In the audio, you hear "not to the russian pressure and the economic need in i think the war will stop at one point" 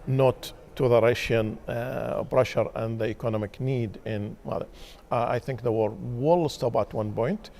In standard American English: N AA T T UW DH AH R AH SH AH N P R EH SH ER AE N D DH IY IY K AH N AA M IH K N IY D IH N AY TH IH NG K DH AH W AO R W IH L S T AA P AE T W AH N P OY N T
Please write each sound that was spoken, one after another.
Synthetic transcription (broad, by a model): N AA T T UW DH AH R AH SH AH N B R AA SH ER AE N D DH IY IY K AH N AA M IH K N IY D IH N AY TH IH NG K DH AH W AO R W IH L S T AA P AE T W AH N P OY N T